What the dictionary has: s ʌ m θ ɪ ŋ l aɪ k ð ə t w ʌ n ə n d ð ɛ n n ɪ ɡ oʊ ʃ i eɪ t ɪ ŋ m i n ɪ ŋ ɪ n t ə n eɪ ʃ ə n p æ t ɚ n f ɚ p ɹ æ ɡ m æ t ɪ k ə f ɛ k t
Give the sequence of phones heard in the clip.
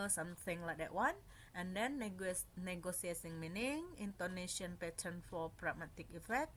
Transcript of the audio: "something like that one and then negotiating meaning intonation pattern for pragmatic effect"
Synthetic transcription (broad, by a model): s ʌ m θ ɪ ŋ l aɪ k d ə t w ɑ n ə n d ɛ n n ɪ ɡ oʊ s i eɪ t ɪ ŋ m i n ɪ ŋ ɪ n t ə n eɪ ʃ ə n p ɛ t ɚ n f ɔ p ɹ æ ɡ m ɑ t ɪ k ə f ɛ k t